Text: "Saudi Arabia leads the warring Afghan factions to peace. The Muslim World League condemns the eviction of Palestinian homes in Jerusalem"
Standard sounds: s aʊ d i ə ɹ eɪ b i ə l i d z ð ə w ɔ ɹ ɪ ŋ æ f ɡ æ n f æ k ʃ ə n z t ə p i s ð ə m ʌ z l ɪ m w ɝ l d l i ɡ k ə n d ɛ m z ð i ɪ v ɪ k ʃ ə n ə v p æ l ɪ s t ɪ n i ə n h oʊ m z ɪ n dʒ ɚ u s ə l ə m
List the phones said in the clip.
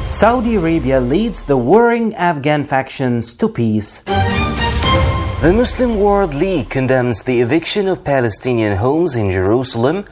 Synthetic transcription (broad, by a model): s aʊ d i ə ɹ eɪ b i ə l i d z ð ə w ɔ ɹ ɪ ŋ æ f ɡ æ n f æ k ʃ ə n z t ə p i s ð ə m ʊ s l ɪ m w ɝ l d l i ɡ k ə n d ɛ m z ð i ɪ v ɪ k ʃ ə n ə v p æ l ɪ s t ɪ n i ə n h oʊ m z ɪ n dʒ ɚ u s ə l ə m